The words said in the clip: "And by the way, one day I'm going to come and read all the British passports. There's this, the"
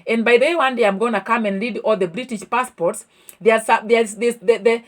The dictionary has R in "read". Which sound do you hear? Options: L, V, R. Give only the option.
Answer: L